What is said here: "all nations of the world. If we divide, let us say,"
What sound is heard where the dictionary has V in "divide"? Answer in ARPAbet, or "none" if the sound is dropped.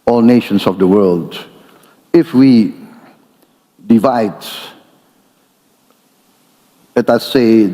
V